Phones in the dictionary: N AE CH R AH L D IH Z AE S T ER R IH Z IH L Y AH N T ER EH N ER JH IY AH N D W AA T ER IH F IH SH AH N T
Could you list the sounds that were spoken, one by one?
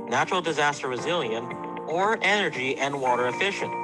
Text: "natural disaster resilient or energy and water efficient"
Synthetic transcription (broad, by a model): N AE CH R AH L D IH Z AE S T ER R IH Z IH L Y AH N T ER EH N ER JH IY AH N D W AA T ER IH F IH SH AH N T